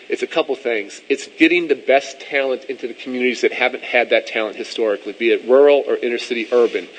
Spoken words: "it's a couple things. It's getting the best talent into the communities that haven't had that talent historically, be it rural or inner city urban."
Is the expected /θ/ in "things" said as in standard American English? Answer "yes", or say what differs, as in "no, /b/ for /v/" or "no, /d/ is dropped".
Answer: yes